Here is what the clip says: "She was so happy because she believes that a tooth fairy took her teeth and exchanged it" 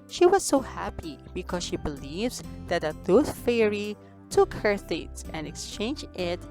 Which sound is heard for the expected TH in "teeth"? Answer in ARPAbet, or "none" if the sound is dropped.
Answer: S